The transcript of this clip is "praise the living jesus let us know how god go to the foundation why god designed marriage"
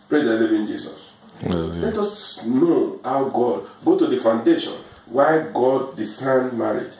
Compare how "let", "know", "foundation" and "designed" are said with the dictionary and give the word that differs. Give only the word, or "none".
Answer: designed